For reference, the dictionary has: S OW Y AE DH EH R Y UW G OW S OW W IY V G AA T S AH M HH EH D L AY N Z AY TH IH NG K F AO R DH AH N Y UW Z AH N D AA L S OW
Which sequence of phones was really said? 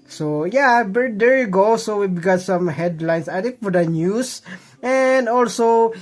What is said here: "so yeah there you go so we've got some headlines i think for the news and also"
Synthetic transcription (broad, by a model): S OW Y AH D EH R Y UW G OW S OW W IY B G AA T S AH M HH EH D L AY N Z AY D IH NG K F AO R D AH N Y UW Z AH N D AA L S OW